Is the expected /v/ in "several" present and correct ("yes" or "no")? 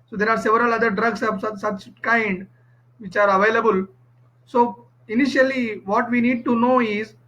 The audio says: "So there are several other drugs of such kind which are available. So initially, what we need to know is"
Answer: yes